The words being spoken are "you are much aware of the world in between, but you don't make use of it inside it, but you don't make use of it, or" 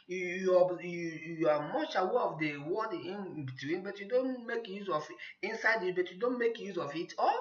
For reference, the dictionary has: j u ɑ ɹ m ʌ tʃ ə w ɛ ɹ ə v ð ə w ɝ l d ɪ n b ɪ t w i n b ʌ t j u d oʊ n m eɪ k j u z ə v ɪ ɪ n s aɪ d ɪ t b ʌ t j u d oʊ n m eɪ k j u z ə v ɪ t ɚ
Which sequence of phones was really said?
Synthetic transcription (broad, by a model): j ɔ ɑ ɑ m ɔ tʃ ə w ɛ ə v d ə w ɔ d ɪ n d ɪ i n b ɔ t j u d oʊ n m eɪ k j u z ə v ɪ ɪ n s aɪ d ɪ t b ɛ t j u d oʊ n m eɪ k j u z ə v ɪ t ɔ